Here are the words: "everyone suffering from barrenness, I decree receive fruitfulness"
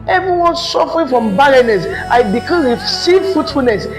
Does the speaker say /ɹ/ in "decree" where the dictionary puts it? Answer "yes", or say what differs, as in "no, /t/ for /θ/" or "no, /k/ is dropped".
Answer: no, /ɹ/ is dropped